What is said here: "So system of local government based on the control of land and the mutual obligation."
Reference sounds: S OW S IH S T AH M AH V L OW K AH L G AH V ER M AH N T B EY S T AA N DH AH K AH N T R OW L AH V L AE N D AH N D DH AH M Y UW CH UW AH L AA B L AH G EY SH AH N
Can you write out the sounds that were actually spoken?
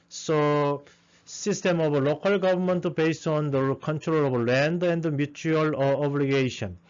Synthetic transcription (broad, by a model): S OW S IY S T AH M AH B L OW K AH L G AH B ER M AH N T B EY S T AA N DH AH K AH N T R OW L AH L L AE N D AH N D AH M Y UW CH UW AH L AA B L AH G EY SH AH N